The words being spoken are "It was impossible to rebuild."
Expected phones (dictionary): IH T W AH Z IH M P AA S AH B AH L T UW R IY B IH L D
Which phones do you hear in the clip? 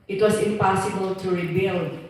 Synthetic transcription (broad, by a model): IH T W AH S IH M P AA S AH B AH L T UW R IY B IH L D